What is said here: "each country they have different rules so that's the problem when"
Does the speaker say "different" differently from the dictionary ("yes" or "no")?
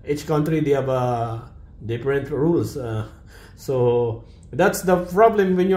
yes